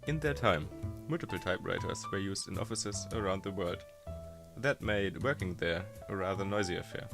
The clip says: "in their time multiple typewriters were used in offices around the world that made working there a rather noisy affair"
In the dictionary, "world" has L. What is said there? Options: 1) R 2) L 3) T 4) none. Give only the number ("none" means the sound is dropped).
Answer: 2